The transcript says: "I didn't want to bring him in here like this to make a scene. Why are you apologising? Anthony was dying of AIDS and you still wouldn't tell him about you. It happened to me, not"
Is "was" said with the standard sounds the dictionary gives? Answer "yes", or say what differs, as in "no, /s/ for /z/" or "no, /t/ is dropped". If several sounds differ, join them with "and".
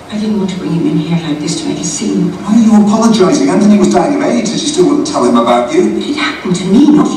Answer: yes